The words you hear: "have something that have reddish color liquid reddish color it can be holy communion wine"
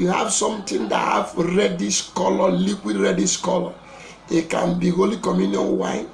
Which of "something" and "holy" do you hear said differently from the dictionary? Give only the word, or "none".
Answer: something